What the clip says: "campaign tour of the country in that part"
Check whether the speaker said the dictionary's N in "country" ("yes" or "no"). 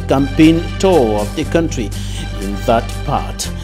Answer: yes